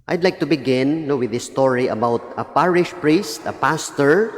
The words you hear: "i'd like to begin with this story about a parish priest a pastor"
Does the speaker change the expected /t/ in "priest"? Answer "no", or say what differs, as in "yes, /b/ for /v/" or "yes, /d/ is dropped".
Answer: no